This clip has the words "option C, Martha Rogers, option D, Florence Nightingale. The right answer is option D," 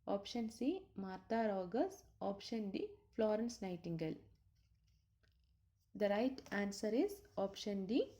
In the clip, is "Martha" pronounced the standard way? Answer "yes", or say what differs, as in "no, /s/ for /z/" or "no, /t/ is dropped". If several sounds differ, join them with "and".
no, /t/ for /θ/